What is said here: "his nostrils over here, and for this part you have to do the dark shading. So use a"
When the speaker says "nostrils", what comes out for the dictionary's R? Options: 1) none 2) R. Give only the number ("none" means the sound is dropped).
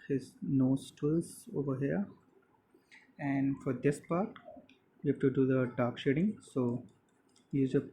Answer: 1